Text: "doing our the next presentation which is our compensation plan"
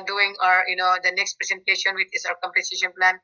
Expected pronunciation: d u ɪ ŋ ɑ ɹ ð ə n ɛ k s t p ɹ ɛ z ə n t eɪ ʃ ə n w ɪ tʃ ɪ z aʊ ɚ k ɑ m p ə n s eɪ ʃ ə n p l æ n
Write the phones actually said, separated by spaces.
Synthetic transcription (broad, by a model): d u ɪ ŋ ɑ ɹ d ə n ɛ k s t p ɹ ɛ s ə n t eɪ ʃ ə n w ɪ tʃ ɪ s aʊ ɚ k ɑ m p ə s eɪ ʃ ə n p l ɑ n